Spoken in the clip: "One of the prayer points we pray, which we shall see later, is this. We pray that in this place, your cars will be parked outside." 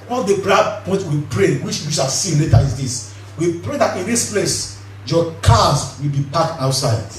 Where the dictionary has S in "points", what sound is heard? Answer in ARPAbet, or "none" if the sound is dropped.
none